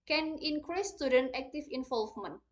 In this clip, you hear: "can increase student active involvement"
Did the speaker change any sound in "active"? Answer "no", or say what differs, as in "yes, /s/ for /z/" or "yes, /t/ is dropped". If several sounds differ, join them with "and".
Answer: yes, /f/ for /v/